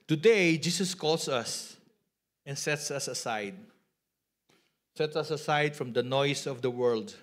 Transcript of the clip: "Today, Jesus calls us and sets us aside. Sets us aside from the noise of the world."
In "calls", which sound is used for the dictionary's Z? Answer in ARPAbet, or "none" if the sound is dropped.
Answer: S